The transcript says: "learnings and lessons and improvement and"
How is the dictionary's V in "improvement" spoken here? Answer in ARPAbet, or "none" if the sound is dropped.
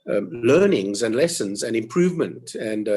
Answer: V